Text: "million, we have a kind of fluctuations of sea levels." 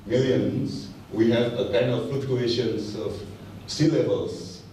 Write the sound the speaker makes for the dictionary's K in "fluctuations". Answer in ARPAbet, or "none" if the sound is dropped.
none